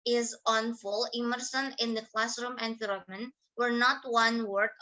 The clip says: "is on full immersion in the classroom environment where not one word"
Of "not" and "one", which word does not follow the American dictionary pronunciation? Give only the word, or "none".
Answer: none